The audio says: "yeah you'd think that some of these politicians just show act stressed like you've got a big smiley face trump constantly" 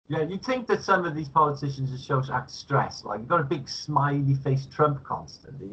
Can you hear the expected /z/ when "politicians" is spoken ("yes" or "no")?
yes